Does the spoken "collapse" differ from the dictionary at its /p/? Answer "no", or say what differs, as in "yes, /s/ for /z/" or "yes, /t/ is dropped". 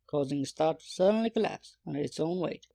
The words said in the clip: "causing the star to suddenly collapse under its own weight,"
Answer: no